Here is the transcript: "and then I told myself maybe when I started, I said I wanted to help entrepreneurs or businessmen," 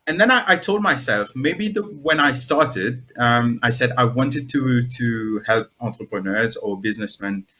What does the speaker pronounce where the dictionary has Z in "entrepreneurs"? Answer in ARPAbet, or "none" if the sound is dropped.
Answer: Z